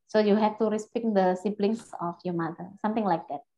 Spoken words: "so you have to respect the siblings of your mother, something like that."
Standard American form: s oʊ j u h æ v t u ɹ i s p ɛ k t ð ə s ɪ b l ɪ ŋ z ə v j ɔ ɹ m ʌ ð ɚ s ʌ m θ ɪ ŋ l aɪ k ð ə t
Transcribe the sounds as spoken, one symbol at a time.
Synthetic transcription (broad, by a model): s oʊ j u h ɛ f t u ɹ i s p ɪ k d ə s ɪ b l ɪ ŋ s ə f j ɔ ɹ m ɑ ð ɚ s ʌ m t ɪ ŋ l aɪ k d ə t